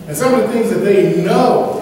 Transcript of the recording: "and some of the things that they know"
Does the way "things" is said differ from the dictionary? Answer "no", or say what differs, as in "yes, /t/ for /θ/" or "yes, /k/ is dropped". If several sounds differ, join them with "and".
no